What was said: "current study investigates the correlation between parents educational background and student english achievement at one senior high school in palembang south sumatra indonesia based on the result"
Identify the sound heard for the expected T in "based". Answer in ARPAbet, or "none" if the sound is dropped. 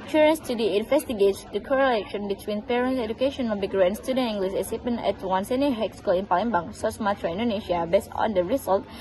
none